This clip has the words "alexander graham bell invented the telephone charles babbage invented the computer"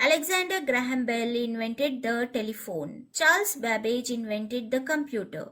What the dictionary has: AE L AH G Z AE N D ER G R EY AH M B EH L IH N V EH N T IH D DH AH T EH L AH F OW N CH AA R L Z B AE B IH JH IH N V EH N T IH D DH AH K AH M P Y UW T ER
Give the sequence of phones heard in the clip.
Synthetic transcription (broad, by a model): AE L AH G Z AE N D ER G R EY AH M B EH L IH N V EH N T IH D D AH T EH L AH F OW N CH AA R L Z B AE B IH JH IH N V EH N T IH D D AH K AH M P Y UW T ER